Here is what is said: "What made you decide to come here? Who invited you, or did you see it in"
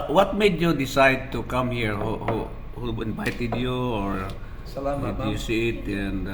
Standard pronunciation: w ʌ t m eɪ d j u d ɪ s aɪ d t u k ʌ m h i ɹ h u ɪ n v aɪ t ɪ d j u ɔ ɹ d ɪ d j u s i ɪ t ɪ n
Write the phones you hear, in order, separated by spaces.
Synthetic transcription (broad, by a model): w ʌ t m eɪ d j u d ɪ s aɪ d t u k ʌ m h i ɹ h u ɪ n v aɪ t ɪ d j u ɔ ɹ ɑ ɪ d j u s i ɪ t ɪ n